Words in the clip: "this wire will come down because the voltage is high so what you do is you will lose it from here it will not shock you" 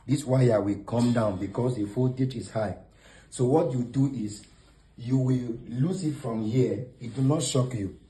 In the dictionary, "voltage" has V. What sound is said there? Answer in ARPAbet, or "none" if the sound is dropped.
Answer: F